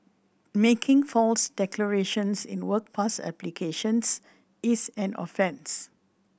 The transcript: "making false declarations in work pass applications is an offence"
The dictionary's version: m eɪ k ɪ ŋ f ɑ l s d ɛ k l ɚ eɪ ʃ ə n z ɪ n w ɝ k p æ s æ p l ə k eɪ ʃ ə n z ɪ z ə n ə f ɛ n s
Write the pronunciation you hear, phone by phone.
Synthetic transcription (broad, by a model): m eɪ k ɪ ŋ f ɑ l s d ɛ k l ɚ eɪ ʃ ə n s ɪ n w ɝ k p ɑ s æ p l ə k eɪ ʃ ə n s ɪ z ə n ə f ɛ n s